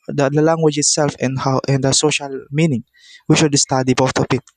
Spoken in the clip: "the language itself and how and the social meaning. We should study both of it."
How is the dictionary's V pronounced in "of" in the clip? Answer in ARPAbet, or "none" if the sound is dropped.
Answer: P